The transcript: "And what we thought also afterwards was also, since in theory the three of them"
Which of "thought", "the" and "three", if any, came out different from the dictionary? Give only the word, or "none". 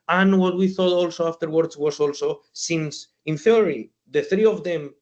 none